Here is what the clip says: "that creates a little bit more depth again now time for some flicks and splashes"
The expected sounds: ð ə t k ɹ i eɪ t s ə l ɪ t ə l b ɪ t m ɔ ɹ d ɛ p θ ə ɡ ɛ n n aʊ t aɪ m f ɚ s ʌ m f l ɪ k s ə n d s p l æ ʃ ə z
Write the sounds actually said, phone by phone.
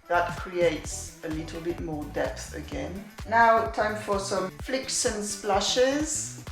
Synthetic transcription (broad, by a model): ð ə t k ɹ i eɪ t s ə l ɪ t ə l b ɪ t m ɔ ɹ d ɛ p θ ə ɡ ɛ n n aʊ t aɪ m f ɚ s ʌ m f l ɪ k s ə n s p l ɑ ʃ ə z